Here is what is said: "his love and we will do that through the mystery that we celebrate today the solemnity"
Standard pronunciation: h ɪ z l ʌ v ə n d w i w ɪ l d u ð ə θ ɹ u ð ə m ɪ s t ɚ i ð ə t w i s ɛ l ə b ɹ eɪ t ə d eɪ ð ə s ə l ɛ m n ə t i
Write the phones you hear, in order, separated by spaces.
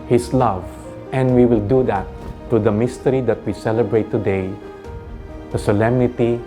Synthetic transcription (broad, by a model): h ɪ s l ʌ v ə n d w i w ɪ l d u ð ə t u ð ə m ɪ s t ɚ i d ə t w i s ɛ l ə b ɹ eɪ t ə d eɪ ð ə s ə l ɛ m n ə t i